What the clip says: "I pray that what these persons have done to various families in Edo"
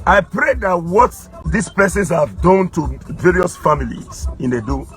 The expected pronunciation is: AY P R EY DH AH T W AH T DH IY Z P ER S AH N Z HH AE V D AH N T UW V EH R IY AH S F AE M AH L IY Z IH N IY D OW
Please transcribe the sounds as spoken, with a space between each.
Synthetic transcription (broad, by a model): AY P R EY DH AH T W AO T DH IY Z P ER S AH N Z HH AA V D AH N T UW V EH R IY AH S F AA M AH L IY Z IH N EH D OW